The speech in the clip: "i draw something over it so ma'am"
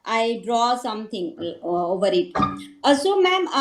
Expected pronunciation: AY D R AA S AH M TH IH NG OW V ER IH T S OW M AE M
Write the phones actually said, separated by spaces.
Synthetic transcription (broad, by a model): AY D R AA S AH M T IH NG OW V ER IH T S OW M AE M